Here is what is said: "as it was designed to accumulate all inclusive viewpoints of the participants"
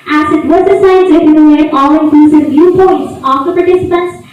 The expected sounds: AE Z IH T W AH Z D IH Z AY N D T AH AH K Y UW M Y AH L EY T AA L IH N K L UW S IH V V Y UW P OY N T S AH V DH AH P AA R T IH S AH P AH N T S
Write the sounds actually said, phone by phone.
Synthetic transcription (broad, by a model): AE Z IH T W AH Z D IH S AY D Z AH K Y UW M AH N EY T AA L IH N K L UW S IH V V Y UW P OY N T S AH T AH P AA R T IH S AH P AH N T S